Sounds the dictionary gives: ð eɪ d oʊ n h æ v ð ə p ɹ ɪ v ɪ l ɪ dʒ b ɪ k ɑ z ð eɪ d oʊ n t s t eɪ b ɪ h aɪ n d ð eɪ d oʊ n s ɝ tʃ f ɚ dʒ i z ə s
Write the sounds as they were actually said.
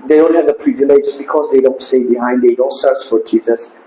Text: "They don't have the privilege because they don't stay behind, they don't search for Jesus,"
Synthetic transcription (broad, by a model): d eɪ d oʊ n h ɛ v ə p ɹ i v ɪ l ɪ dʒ b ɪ k ɑ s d eɪ d oʊ n t s t eɪ b ɪ h aɪ n d eɪ d oʊ n s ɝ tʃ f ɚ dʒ i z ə s